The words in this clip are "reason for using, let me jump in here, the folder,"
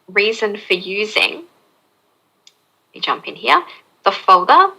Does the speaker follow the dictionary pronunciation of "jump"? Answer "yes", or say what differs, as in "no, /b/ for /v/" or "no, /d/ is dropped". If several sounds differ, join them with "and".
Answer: yes